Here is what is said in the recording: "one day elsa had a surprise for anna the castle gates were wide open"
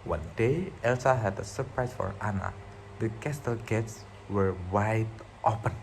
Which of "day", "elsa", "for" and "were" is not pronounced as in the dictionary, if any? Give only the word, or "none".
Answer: none